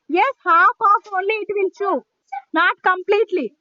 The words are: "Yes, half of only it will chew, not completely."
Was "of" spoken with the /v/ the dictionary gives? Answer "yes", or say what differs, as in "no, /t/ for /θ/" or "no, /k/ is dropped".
no, /p/ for /v/